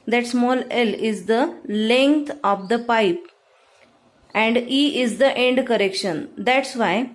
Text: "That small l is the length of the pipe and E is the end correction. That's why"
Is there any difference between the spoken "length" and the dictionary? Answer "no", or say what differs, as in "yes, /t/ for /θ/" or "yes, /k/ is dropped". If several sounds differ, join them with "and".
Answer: yes, /t/ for /θ/